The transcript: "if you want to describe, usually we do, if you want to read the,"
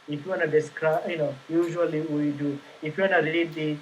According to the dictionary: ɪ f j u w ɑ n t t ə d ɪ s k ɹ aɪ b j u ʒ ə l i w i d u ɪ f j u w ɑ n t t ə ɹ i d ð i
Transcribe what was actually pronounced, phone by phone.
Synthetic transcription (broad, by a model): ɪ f j u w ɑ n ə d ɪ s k ɹ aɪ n j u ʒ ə l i w i d u ɪ f j u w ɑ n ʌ t ə l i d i